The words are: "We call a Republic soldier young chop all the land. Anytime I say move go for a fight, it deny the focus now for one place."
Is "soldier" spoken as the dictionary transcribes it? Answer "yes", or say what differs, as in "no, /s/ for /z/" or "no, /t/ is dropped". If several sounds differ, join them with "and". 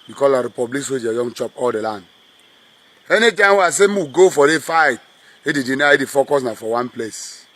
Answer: no, /l/ is dropped